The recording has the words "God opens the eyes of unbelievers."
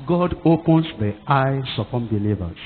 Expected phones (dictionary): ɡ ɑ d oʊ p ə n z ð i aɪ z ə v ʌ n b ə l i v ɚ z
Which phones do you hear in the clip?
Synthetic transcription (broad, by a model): ɡ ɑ d oʊ p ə n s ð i aɪ s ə p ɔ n b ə l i v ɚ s